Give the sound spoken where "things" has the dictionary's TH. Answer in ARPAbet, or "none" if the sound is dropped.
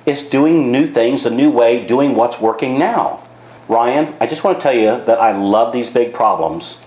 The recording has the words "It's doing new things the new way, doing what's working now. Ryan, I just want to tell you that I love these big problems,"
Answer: TH